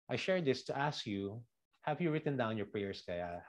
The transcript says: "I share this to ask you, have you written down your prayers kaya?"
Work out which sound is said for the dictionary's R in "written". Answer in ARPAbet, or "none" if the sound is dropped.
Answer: R